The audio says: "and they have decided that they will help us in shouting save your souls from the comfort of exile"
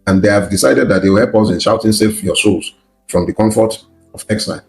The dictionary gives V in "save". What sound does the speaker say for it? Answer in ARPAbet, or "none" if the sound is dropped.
F